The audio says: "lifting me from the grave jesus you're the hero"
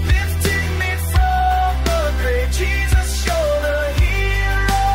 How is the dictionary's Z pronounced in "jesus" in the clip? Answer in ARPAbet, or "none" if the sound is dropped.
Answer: Z